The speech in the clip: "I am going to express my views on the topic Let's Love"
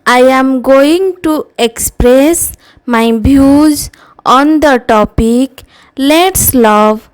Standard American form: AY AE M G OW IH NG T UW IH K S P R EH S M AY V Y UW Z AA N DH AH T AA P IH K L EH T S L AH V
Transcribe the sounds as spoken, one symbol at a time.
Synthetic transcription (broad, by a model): AY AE M G OW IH NG T UW IH K S P R EH S M AY B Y UW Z AA N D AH T AA P IH K L EH T S L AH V